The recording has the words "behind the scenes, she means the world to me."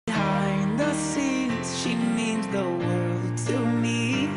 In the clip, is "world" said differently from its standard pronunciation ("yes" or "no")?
no